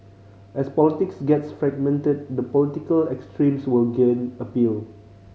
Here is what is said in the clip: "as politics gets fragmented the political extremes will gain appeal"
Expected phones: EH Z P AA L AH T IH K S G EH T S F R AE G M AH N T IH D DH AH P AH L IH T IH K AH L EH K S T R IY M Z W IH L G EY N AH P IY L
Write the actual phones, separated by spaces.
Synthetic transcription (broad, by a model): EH S P AA L AH T IH K S G EH T S F R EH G M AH N T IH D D AH P AH L IH T IH K AH L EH K S T R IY M S W IH L G EY N AH P IY L